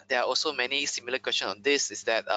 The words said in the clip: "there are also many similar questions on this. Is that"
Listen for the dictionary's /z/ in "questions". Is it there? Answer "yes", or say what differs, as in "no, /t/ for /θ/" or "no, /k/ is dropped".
no, /z/ is dropped